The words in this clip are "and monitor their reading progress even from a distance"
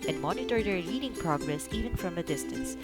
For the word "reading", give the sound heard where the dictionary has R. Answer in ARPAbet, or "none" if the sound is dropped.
L